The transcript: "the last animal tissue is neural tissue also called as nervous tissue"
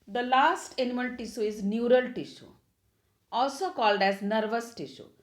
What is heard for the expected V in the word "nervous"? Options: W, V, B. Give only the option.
V